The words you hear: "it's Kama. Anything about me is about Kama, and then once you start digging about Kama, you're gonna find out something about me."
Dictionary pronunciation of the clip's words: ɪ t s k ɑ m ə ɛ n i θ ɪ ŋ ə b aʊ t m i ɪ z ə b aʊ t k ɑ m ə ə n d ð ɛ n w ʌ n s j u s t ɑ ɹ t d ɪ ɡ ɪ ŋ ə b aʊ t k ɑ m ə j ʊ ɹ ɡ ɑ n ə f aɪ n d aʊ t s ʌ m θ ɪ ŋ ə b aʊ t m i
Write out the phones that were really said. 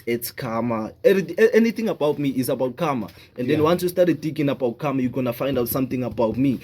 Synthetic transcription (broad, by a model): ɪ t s k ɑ m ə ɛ n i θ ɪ ŋ ə b aʊ t m i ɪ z ə b aʊ t k ɑ m ə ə n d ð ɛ n w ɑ n s j u s t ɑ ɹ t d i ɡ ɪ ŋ ə b aʊ t k ɑ m ə j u ɡ ɑ n ə f aɪ n d aʊ t s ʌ m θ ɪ ŋ ə b aʊ t m i